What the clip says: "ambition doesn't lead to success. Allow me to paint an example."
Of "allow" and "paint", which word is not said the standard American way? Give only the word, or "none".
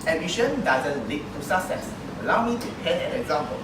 paint